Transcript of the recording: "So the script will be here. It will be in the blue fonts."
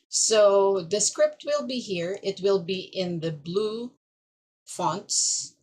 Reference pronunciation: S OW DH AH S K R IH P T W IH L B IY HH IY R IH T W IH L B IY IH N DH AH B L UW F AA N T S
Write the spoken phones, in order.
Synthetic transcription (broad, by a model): S OW DH AH S K R IH P T W IH L B IY HH IY R IH T W IH L B IY IH N DH AH B L UW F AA N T S